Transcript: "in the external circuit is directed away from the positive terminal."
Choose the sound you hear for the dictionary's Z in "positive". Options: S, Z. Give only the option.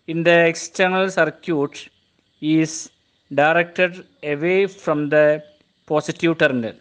S